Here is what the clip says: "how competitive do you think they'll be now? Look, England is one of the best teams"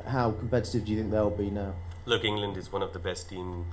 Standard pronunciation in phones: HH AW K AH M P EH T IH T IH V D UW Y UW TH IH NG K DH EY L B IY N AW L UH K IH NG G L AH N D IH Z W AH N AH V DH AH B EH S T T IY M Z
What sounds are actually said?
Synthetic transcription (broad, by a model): HH AW K AH M P EH T IH T IH V D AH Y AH TH IH NG K DH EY L B IY N AW L UH K IH NG G L AH N D IH Z W AH N AH V DH AH B EH S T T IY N